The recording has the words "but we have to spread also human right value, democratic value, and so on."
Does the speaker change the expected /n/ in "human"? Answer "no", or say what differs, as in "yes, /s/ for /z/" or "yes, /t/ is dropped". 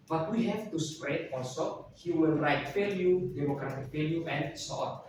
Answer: yes, /l/ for /n/